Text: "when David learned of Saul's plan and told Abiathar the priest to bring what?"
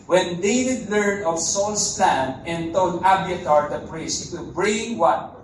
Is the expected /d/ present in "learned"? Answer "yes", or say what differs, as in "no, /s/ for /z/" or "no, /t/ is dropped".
no, /d/ is dropped